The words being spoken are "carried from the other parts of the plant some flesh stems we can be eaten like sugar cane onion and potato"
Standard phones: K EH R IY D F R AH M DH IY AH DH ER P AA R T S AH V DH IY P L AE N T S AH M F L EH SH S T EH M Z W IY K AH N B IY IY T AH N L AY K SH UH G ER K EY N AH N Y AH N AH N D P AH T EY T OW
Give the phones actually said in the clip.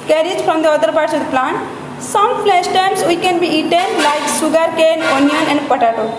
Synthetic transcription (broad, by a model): K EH R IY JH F R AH M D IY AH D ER P AA R T S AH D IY P L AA N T S AH M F L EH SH T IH M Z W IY K AH N B IY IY T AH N L AY K S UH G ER K EY N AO N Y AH N AH N D P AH T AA T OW